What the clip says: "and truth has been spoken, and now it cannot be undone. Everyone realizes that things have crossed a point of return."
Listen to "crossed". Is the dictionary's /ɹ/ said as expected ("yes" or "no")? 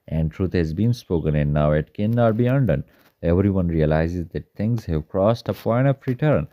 yes